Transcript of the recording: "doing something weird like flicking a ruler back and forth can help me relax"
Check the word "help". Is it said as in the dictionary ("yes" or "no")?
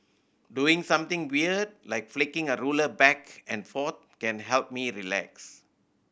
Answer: yes